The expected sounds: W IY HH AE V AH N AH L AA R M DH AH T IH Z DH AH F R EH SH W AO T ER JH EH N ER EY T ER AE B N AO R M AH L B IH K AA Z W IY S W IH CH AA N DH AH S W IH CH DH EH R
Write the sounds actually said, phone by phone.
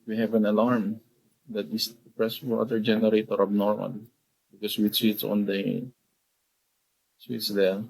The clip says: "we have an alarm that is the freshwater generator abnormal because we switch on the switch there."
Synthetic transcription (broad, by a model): W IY HH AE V AH N AH L AA R M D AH T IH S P R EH S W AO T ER JH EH N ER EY T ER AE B N AO R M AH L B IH K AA S W IY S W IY S AA N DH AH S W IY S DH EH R